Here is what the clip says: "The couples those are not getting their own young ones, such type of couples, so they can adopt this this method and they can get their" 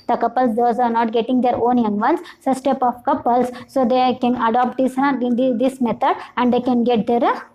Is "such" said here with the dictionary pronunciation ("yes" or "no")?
no